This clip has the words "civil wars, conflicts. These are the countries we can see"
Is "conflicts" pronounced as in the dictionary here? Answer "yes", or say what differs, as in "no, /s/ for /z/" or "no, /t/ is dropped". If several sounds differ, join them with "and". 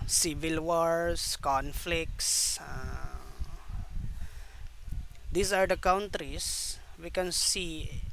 yes